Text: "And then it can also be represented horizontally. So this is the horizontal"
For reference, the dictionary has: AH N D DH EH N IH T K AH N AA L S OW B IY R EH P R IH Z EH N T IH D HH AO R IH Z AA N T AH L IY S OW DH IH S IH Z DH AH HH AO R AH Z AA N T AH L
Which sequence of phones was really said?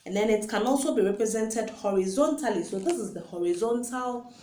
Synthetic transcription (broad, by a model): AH N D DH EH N IH T K AH N AA L S OW B IY R EH P R IH Z EH N T IH D HH AO R IH Z AA N T AH L IY S OW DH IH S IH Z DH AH HH AO R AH Z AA N T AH L